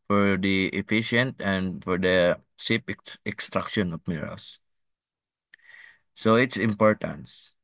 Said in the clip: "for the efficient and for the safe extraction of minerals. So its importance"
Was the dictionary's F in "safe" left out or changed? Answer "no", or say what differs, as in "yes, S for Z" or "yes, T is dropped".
yes, P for F